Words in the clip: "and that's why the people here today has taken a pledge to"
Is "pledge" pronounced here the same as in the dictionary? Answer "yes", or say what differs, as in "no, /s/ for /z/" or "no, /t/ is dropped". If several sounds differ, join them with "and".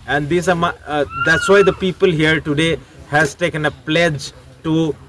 yes